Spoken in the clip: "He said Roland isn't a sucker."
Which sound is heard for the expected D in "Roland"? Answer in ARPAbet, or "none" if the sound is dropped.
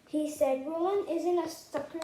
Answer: none